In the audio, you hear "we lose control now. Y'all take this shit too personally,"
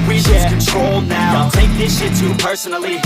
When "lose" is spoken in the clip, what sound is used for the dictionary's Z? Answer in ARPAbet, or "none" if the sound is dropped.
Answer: none